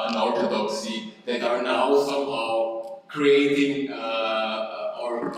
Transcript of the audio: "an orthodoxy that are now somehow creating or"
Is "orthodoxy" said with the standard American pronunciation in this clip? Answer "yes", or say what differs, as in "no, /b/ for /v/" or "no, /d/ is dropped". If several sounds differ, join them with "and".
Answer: no, /t/ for /θ/